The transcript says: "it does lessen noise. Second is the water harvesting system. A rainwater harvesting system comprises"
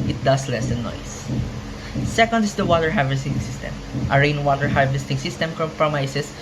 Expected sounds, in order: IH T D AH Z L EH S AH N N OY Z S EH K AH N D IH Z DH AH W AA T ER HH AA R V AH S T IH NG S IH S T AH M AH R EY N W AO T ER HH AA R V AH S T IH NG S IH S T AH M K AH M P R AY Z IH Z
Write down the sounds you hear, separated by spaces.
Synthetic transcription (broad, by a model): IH T D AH S L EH S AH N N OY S S EH K AH N D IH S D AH W AA T ER HH AA R V AH S T IH NG S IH S T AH M AH R EY N W AO T ER HH AA R V AH S T IH NG S IH S T AH M K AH M P R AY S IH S